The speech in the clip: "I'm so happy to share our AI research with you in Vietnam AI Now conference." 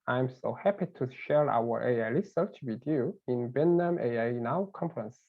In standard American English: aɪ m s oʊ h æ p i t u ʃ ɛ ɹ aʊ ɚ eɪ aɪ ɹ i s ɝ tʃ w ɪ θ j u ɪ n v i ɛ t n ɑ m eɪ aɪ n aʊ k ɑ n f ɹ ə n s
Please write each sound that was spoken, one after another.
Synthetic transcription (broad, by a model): aɪ m s oʊ h æ p i t u ʃ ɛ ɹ aʊ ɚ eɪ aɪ l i s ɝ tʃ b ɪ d j u ɪ n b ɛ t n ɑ m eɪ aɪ n aʊ k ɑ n f ɹ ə n s